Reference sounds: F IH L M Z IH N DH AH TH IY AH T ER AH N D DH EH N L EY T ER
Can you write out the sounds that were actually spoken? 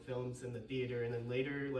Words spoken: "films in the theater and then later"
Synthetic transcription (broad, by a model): F IH L M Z IH N DH AH TH IY AH T ER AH N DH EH N L EY T ER